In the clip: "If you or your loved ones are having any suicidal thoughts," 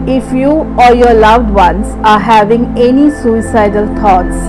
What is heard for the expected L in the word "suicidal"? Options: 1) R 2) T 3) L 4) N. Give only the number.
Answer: 3